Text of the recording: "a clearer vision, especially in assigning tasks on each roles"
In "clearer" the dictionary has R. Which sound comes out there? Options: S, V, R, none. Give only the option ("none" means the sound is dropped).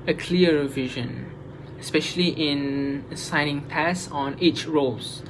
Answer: none